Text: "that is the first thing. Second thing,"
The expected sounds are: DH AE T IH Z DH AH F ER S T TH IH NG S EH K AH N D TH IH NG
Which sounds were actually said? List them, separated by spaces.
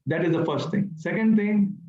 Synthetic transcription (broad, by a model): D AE T IH Z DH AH F ER S T T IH NG S EH K AH N D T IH NG